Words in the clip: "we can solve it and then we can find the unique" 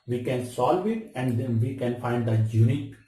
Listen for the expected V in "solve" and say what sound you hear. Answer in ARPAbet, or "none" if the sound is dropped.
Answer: V